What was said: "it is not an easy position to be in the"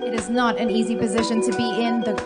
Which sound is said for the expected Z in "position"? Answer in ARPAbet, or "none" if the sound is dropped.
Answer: Z